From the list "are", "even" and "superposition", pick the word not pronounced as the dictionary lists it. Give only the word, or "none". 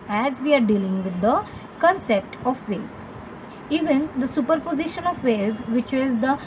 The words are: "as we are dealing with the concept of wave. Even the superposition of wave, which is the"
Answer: none